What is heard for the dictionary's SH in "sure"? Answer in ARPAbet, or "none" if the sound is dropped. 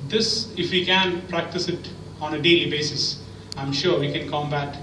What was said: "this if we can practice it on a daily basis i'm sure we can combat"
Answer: SH